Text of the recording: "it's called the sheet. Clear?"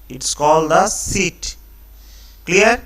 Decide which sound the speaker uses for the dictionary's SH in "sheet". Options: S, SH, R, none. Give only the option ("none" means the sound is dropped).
S